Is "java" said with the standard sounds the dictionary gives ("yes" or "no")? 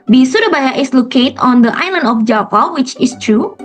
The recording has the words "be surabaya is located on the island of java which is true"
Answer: no